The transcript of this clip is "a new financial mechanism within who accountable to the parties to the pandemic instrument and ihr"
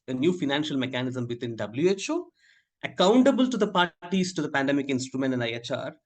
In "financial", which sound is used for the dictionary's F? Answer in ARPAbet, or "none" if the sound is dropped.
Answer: F